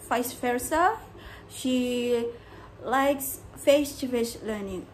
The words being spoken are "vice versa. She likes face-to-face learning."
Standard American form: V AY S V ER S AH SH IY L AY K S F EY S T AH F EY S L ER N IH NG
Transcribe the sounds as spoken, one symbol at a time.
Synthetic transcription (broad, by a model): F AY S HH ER S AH SH IY L AY K S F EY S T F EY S L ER N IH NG